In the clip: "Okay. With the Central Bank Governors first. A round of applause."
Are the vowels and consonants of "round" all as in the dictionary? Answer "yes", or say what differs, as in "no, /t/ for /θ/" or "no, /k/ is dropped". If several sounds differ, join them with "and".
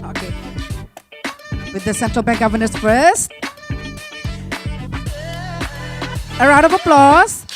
no, /n/ is dropped